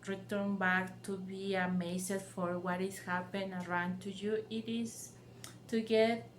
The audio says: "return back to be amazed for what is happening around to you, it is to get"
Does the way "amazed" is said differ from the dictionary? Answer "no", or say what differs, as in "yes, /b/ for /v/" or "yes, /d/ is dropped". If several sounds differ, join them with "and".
yes, /s/ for /z/